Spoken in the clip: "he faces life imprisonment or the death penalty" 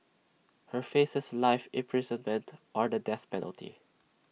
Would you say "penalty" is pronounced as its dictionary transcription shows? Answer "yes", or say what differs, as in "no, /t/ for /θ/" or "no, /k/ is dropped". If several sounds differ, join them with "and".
yes